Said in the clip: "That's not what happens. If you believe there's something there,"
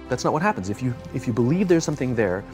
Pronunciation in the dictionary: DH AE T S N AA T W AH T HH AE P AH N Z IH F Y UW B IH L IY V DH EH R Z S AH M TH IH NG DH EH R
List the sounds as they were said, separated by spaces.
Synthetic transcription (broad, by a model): DH AE T S N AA T W AH T HH AE P AH N Z IH F Y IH B IH L IY V DH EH R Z S AH M TH IH NG DH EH R